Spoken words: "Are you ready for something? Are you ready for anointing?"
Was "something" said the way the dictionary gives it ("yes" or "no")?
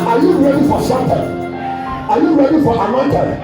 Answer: no